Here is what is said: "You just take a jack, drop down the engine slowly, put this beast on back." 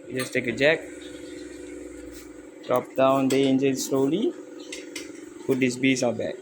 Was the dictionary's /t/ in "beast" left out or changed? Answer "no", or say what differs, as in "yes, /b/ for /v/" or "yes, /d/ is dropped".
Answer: yes, /t/ is dropped